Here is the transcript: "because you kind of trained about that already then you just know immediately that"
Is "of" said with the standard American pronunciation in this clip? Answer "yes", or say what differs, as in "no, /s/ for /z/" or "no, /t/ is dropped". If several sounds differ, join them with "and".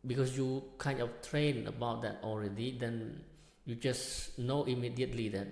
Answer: no, /f/ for /v/